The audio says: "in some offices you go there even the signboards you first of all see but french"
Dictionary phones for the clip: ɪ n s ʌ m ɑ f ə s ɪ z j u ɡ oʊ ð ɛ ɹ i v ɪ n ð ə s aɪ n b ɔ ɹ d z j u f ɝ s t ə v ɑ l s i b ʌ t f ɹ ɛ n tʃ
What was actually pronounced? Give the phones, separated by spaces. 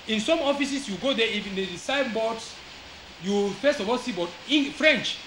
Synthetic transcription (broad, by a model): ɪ n s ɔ m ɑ f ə s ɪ s j u ɡ oʊ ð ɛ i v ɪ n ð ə s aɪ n b ɔ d s j u f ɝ s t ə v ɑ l s i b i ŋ f ɹ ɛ n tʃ